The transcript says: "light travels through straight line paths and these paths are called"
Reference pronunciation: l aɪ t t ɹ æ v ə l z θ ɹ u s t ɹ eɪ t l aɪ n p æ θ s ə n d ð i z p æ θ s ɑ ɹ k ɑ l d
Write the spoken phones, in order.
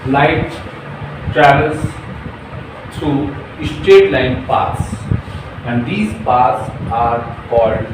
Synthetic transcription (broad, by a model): l aɪ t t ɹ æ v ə l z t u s t eɪ t l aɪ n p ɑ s ə n d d i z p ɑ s ɑ ɹ k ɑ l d